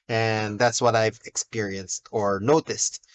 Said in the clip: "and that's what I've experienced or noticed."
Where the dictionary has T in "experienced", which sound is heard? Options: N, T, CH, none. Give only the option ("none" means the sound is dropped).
T